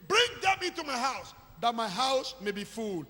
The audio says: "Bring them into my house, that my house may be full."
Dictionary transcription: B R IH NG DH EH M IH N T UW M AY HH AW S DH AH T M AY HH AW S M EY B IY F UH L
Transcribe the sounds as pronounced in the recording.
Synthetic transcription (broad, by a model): B R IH NG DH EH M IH T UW M AY HH AW S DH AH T M AY HH AW S M EY B IY F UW L